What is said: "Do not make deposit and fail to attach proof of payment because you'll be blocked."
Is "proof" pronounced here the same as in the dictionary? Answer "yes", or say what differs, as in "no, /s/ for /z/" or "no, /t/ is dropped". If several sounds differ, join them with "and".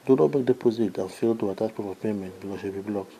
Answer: no, /ɹ/ is dropped